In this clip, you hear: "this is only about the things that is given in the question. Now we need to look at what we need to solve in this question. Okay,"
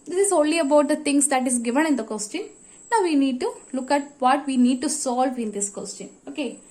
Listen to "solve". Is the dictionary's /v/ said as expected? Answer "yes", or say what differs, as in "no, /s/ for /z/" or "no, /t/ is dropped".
yes